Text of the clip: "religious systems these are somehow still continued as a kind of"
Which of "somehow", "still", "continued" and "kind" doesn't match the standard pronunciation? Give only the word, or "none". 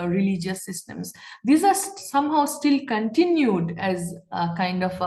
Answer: none